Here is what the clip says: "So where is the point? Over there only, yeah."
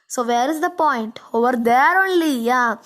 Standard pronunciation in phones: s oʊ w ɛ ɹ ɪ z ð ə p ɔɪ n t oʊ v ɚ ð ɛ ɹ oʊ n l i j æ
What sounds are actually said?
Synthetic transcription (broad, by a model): s oʊ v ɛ ɹ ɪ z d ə p ɔɪ n t oʊ v ɚ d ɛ ɹ oʊ n l i j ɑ